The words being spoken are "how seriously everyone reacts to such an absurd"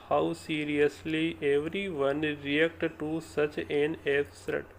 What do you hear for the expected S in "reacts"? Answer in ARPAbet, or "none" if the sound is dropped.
none